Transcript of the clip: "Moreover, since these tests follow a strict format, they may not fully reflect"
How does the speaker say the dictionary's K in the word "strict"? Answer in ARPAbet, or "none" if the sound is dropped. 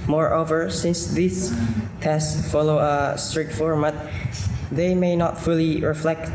none